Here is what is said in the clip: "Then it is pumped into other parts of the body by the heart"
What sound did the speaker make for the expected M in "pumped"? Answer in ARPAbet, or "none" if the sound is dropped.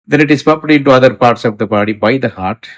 none